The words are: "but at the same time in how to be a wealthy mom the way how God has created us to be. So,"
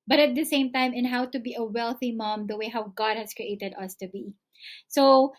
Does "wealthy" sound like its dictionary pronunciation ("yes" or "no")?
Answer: yes